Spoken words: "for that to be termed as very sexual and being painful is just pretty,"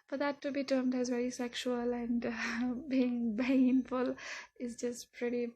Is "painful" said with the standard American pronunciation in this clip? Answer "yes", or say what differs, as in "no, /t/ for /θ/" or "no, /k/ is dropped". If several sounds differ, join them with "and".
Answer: no, /b/ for /p/